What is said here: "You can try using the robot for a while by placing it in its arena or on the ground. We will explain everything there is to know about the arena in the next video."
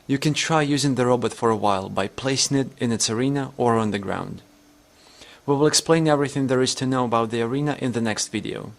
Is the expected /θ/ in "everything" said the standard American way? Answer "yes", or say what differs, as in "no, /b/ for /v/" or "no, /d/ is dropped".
yes